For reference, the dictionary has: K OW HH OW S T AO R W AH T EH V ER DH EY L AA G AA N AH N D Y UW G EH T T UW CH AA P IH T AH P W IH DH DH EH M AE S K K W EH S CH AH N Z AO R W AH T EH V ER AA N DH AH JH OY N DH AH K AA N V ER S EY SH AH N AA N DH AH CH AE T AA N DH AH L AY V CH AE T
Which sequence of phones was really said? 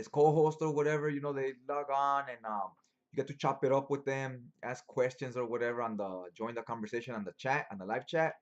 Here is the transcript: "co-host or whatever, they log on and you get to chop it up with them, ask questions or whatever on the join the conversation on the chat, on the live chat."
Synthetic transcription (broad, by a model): K OW HH OW S T AO R W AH T EH V ER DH EY L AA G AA N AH N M Y UW G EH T T UW CH AA P IH T AH P W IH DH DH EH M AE S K K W EH S CH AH N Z AO R W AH T EH V ER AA N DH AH JH OY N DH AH K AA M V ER S EY SH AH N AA N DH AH CH AE T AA N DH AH L AY V CH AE T